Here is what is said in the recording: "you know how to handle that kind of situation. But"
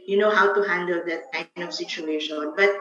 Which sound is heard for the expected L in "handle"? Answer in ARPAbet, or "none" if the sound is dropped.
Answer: L